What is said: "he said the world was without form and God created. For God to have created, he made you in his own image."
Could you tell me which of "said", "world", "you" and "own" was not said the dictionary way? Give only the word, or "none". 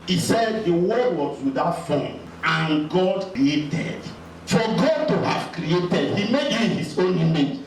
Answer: world